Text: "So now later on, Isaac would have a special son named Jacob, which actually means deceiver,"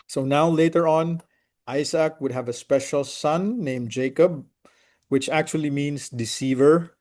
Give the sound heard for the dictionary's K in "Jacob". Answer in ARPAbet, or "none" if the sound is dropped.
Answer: K